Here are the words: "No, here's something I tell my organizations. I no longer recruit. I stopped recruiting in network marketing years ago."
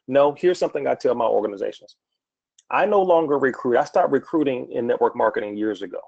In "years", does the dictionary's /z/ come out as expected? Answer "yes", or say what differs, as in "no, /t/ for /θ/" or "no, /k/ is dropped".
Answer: yes